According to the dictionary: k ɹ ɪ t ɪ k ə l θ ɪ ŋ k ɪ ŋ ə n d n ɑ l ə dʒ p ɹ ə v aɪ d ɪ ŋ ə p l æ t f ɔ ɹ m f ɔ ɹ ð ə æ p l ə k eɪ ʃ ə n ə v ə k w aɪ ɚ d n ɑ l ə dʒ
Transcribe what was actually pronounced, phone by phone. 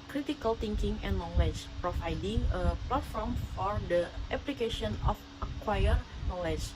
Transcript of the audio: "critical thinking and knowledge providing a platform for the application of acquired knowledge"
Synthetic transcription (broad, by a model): k ɹ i t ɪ k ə l t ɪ ŋ k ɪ ŋ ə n n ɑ l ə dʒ p ɹ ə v aɪ d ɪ ŋ ə p l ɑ t f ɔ ɹ m f ɔ ɹ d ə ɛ p l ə k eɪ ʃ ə n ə f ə k w aɪ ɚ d n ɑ l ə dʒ